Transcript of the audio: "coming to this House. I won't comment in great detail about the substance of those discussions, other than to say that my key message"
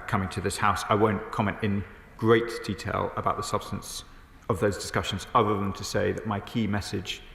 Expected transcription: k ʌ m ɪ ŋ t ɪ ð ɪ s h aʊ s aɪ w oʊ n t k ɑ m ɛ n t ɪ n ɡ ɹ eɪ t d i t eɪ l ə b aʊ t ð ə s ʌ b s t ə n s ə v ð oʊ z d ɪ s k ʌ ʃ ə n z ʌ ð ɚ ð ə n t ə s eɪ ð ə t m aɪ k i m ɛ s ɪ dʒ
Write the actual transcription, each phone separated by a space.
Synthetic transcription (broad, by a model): k ʌ m ɪ ŋ t ɪ ð ɪ s h aʊ s aɪ w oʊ n k ɑ m ɛ n t ɪ n ɡ ɹ eɪ t d i t eɪ l ə b aʊ t ð ə s ʌ b s t ə n s ə v ð oʊ z d ɪ s k ʌ ʃ ə n z ʌ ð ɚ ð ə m t ə s eɪ ð ə t m aɪ k i m ɛ s ɪ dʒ